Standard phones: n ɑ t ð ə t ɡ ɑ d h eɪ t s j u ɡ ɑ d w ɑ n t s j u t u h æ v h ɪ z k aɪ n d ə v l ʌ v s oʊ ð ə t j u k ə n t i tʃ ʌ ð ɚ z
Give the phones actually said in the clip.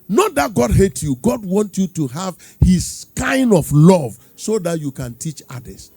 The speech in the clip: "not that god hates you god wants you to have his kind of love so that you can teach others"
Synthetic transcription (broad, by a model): n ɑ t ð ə t ɡ ɑ d h eɪ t j u ɡ ɑ d w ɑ n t j u t u h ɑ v h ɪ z k aɪ n d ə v l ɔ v s oʊ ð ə t j u k ə n t i tʃ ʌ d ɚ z